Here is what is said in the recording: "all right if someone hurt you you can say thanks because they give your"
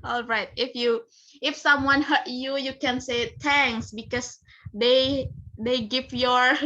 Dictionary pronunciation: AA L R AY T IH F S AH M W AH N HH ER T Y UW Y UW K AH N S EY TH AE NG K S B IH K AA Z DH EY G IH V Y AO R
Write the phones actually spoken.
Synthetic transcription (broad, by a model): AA L R AY T IH F S AH M W AH N HH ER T Y UW Y UW K AH N S EY T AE NG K S B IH K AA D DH EY G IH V Y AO R